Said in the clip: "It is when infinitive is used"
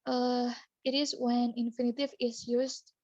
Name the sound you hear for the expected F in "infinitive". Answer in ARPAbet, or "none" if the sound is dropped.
F